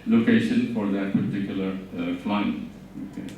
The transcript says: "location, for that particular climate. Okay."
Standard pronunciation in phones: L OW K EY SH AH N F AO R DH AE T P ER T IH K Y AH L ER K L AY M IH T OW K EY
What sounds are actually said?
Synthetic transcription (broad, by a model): L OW K EY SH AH N F AO R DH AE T P ER T IH K Y AH L ER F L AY IH OW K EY